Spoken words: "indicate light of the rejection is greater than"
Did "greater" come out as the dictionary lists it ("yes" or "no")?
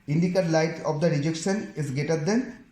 no